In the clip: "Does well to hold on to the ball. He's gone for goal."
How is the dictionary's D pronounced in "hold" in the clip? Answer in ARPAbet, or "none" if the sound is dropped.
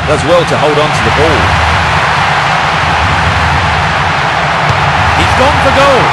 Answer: D